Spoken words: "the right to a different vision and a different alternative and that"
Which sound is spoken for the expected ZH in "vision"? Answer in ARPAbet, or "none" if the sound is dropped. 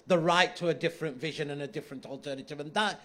ZH